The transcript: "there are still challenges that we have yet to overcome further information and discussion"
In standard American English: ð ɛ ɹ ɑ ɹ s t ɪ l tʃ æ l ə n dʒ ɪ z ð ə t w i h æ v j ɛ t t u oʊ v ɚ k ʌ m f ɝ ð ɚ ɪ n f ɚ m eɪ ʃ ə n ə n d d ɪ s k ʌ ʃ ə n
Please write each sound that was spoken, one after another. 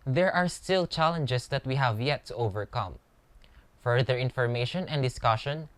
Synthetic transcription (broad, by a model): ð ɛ ɹ ɑ ɹ s t ɪ l tʃ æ l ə n dʒ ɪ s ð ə t w i h æ v j ɛ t t u oʊ v ɚ k ʌ m f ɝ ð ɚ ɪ n f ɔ m eɪ ʃ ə n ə n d d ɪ s k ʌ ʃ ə n